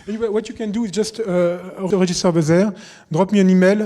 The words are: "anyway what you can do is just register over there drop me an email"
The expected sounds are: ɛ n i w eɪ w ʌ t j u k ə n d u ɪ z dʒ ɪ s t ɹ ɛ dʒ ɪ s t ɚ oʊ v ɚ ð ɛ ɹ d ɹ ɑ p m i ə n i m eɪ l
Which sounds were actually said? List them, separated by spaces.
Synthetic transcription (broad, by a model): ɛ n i w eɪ w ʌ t j u k ə n d u ɪ z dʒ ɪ s t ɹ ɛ ʒ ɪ s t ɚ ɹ b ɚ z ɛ ɹ d ɹ ɑ p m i ə n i m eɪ l